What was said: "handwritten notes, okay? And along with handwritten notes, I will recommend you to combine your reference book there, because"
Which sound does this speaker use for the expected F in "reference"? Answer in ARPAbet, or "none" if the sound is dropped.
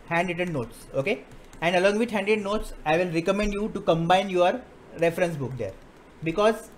F